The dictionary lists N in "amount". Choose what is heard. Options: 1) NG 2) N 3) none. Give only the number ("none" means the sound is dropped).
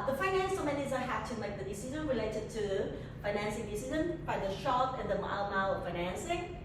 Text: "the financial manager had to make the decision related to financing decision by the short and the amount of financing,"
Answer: 3